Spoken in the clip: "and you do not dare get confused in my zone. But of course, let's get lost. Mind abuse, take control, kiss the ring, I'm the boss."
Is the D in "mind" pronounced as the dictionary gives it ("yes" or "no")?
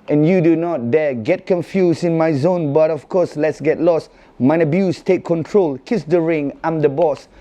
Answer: no